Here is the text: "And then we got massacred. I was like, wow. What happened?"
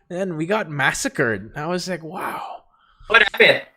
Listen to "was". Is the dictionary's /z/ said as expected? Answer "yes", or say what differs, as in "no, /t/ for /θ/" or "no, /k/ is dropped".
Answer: yes